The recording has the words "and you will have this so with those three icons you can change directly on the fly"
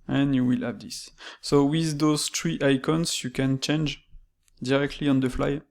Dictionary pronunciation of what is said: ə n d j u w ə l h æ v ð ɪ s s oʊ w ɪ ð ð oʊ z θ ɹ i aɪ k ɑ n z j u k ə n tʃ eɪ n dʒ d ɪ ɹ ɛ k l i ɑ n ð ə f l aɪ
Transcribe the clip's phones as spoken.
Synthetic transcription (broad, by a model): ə n j u w ə l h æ v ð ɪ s s oʊ w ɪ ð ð oʊ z t ɹ i aɪ k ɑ n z j u k ə n tʃ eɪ n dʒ d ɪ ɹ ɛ k l i ɑ n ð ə f l aɪ